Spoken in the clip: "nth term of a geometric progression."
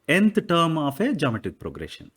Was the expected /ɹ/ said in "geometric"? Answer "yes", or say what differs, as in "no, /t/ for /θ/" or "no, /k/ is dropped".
no, /ɹ/ is dropped